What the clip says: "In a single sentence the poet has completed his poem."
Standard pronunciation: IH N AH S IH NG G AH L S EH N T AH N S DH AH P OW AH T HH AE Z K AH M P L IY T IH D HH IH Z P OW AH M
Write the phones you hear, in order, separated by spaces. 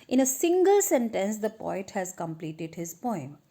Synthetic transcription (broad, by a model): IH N AH S IH NG G AH L S EH N T AH N S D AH P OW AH T HH AE Z K AH M P L IY T IH D HH IH Z P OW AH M